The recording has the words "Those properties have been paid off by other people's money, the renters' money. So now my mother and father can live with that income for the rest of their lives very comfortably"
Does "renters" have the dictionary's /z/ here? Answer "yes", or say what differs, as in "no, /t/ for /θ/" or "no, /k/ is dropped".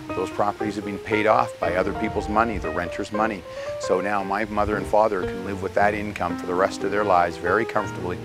yes